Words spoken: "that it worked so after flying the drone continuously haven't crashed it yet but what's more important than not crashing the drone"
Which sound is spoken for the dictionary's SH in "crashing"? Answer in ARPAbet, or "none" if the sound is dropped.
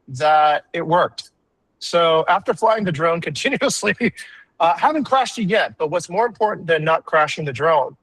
SH